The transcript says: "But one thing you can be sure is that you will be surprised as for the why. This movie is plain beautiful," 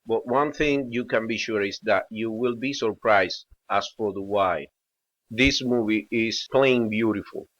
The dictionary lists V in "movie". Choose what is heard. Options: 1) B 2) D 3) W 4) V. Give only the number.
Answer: 4